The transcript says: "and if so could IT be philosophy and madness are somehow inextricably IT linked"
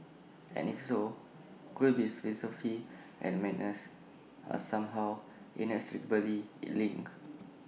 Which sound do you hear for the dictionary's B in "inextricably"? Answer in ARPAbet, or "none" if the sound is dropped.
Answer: none